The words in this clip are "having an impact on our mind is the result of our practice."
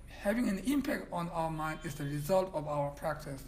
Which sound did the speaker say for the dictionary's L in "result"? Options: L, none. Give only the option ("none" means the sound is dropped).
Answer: L